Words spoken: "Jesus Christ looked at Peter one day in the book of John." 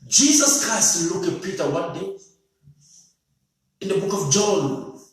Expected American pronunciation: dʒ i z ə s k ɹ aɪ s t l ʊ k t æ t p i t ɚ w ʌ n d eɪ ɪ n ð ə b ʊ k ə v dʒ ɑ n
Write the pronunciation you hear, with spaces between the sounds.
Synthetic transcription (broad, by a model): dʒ i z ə s k ɹ aɪ s t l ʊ k æ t p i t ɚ w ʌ n d eɪ ɪ n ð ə b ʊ k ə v dʒ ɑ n